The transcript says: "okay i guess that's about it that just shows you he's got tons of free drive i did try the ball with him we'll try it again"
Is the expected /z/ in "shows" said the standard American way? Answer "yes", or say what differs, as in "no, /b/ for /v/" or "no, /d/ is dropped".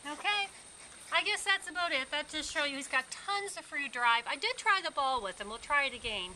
no, /z/ is dropped